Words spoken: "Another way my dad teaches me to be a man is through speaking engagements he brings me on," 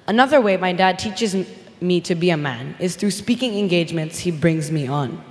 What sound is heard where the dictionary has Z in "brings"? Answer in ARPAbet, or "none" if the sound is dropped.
Z